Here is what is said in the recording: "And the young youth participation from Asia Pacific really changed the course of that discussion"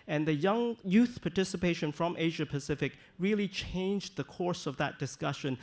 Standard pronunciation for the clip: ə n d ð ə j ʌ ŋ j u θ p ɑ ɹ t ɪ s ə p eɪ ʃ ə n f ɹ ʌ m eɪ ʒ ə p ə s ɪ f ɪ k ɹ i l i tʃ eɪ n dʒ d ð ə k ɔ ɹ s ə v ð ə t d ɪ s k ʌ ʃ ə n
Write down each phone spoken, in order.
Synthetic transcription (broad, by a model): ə n ð ə j ʌ ŋ j u θ p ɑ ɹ t ɪ s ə p eɪ ʃ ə n f ɹ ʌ m eɪ ʒ ə p ə s ɪ f ɪ k ɹ i l i tʃ eɪ n dʒ ð ə k ɔ ɹ s ə v ð ə t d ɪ s k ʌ ʃ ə n